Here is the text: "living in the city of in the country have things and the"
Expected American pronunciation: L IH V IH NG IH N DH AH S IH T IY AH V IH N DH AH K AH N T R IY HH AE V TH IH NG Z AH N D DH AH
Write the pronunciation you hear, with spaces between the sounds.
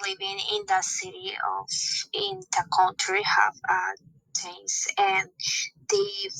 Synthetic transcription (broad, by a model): L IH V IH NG IH N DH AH S IH T IY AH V IH N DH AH K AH N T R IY HH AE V T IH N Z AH N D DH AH